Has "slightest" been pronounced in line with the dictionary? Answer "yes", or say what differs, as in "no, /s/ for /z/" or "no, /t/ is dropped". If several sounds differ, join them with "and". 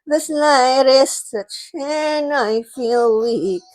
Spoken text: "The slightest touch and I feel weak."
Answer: no, /n/ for /l/